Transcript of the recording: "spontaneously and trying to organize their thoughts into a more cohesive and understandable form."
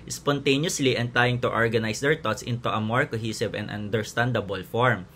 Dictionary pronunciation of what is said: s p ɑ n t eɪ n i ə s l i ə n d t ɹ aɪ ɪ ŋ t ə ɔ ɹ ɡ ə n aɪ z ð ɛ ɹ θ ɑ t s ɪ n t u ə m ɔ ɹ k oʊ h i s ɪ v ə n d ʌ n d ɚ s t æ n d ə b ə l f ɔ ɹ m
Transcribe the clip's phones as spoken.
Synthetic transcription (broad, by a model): s p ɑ n t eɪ n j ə s l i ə n t ɹ aɪ ɪ ŋ t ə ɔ ɹ ɡ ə n aɪ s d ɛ ɹ t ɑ t s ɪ n t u ə m ɔ ɹ k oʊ h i s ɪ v ə n d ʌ n d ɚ s t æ n d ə b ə l f ɔ ɹ m